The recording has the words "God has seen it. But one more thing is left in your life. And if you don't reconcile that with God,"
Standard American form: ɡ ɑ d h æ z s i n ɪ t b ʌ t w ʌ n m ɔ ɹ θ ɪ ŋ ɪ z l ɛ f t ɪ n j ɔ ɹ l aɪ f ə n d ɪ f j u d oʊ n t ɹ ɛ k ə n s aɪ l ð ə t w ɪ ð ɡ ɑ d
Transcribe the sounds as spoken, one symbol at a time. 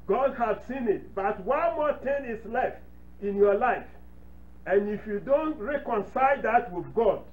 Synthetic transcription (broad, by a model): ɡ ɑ d h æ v s i n ɪ t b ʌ t w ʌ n m ɔ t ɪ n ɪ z l ɛ f t ɪ n j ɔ l aɪ f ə n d ɪ f j u d oʊ n t ɹ ɛ k ə n s aɪ l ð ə t w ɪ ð ɡ ɑ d